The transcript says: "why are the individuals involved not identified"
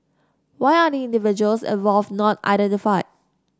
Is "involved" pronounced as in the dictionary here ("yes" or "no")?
no